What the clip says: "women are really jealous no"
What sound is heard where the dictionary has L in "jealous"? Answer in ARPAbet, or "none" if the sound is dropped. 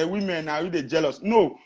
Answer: L